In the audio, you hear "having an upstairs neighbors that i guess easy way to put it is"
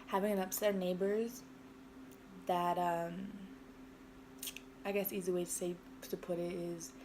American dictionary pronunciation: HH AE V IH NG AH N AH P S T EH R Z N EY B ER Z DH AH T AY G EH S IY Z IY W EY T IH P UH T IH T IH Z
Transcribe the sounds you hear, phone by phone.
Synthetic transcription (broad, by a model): HH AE V IH NG AH N AH P S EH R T N EY B ER Z DH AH T AY G EH S IY Z IY W EY T IH P UH T IH T IH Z